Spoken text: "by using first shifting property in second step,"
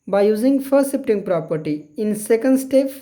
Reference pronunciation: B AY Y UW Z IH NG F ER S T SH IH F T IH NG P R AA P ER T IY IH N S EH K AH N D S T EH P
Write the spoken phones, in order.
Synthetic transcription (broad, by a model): B AY Y UW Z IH NG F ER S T S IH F T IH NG P R AA P ER T IY IH N S EH K AH N D S T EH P